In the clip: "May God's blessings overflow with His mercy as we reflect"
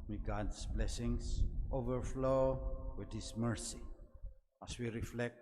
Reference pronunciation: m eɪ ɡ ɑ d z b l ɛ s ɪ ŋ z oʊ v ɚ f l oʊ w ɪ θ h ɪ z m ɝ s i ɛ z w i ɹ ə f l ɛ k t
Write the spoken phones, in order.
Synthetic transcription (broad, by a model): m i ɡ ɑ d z b l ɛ s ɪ ŋ s oʊ v ɚ f l oʊ w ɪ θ h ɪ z m ɝ s i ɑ s w i ɹ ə f l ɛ k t